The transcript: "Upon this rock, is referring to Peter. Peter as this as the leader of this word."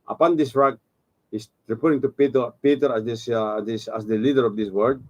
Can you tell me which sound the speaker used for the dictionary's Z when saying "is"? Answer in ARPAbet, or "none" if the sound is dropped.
S